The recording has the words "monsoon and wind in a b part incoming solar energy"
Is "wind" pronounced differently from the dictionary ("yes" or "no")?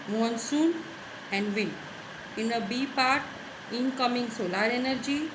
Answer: yes